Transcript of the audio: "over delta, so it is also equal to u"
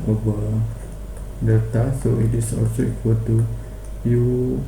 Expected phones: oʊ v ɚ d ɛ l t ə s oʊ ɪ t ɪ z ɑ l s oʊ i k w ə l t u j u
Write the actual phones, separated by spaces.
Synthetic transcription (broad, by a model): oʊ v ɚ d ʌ t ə s oʊ ɪ t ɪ s ɑ l s oʊ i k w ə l t u j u